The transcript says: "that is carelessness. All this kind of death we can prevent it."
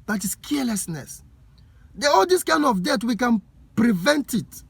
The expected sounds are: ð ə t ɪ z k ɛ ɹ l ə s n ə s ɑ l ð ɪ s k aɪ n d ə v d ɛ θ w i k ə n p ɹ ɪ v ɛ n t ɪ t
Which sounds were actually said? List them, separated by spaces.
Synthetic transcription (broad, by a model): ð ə t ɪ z k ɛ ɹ l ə s n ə s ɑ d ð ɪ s k aɪ n d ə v d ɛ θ w i k ə n p ɹ ɪ v ɛ n t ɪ t